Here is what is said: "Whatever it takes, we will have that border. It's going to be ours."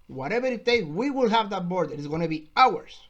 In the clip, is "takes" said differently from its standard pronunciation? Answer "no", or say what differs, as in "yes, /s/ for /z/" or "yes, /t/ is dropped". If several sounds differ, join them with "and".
yes, /s/ is dropped